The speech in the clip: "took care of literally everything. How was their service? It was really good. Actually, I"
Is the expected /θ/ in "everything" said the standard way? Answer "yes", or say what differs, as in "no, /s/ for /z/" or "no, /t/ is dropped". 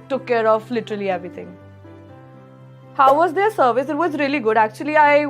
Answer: no, /t/ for /θ/